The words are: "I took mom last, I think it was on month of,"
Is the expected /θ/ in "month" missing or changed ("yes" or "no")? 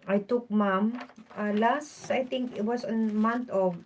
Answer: yes